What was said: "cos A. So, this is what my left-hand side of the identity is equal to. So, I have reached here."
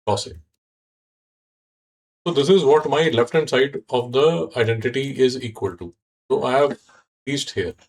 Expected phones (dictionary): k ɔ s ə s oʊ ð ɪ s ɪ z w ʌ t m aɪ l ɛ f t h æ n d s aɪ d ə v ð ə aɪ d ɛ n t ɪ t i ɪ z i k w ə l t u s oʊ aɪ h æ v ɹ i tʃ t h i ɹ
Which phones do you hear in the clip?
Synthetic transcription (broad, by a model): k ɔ s ə s oʊ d ɪ s ɪ z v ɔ t m aɪ l ɛ f t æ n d s aɪ d ə v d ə aɪ d ɛ n t ɪ t i ɪ z i k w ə l t u s oʊ aɪ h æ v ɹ i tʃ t h i ɹ